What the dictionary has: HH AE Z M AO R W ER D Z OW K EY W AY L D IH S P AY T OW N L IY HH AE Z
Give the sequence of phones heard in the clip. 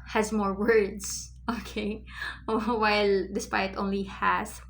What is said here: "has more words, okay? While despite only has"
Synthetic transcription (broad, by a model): HH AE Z M AO R W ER D S OW K EY W AY L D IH S P AY T OW N L IY HH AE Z